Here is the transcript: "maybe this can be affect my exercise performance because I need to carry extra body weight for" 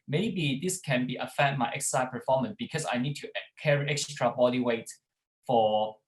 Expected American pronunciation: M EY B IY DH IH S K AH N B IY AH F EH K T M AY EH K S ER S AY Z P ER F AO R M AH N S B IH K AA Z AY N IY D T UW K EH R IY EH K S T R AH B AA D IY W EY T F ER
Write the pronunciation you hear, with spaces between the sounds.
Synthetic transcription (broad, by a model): M EY B IY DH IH S K AH N B IY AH F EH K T M AY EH K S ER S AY P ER F AO M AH N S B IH K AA S AY N IY D T UW K EH R IY EH K S T R AH B AA D IY W EY T F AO